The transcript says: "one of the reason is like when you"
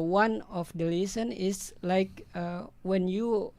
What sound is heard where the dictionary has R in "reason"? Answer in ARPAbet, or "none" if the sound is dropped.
L